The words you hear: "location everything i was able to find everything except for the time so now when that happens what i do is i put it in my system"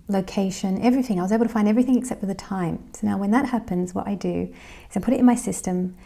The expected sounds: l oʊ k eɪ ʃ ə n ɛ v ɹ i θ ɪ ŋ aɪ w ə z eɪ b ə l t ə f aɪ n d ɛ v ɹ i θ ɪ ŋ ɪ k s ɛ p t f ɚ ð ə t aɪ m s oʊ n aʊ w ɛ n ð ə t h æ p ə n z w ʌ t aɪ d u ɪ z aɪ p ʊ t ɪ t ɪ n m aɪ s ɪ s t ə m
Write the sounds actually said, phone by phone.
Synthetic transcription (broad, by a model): l oʊ k eɪ ʃ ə n ɛ v ɹ i θ ɪ ŋ aɪ w ə z eɪ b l t ə f aɪ n d ɛ v ɹ i θ ɪ ŋ ɪ k s ɛ p t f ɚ ð ə t aɪ m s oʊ n aʊ w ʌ n ð ə t h æ p ə n z w ʌ t aɪ d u ɪ z aɪ p ʊ t ɪ t ɪ n m aɪ s ɪ s t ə m